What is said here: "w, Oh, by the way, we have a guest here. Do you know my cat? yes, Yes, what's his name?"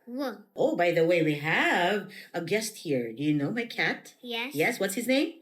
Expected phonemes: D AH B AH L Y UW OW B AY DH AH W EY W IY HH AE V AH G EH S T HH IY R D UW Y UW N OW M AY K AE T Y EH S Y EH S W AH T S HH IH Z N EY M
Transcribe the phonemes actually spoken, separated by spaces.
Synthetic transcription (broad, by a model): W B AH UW B AY DH AH W EY W IY HH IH V AH G EH S T HH IY R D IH Y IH N OW M AY K AE T Y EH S Y EH S W AH T S HH IH Z N EY M